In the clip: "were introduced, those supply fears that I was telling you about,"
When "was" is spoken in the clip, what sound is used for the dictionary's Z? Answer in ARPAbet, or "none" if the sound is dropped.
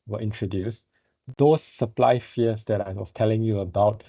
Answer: S